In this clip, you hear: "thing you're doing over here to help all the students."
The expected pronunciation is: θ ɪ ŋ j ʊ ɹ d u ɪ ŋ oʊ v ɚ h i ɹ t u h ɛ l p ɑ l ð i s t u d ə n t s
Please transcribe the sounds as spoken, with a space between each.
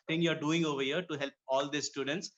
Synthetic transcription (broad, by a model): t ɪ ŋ j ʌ ɹ d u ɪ ŋ oʊ v ɚ h i ɹ t u h ɛ l p ɑ l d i s t u d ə n t s